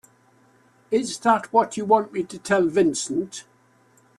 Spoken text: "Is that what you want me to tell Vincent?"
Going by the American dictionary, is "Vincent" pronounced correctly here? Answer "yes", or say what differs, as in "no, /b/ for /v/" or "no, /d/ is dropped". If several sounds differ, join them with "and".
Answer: yes